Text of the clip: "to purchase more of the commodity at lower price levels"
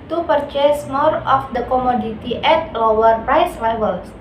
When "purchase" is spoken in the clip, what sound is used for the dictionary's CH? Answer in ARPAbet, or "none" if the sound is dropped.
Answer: CH